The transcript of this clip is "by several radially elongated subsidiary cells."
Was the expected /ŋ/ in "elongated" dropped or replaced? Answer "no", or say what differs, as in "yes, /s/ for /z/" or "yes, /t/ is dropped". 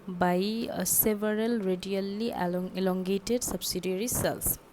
no